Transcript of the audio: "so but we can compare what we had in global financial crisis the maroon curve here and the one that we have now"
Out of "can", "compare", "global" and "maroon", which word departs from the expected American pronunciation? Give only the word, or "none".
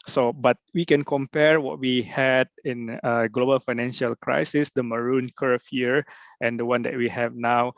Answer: none